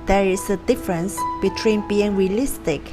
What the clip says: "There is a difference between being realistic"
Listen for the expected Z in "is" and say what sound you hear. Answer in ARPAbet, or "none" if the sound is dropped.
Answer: S